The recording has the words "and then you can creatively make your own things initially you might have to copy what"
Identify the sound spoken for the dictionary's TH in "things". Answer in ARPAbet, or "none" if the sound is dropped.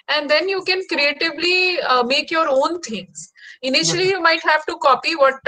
T